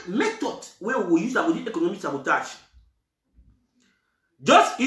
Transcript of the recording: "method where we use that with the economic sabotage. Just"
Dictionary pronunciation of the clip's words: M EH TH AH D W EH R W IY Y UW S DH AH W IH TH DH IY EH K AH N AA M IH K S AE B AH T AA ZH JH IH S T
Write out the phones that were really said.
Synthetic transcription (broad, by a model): M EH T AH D W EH W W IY Y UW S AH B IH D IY EH K AH N AA M IH K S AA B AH T AA SH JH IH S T